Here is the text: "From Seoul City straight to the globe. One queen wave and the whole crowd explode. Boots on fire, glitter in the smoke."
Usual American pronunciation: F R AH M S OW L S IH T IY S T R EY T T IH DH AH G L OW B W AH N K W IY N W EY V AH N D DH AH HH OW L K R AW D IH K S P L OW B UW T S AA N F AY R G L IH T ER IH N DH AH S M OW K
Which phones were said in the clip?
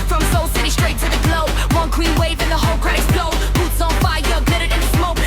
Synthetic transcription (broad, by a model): F R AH M S OW L S IH T IY S T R EY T T IH DH AH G L OW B W AH N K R IY N W EY V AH N DH AH HH OW L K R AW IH S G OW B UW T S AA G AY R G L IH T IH IH N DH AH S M OW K